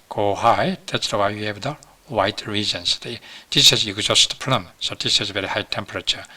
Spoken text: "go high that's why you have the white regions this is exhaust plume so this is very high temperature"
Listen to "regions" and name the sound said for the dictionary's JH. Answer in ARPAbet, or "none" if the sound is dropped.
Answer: Z